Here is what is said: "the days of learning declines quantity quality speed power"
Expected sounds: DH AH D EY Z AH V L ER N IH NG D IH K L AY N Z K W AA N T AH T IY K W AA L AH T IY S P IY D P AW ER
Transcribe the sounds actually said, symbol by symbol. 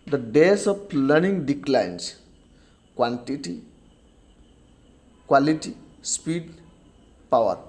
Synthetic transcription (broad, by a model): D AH D EY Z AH P L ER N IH NG D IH K L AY N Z K W AA N T AH T IY K W AA L AH T IY S P IY D P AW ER